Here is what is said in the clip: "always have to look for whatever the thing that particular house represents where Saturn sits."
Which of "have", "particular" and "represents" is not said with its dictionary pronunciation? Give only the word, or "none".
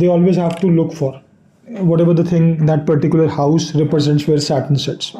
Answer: none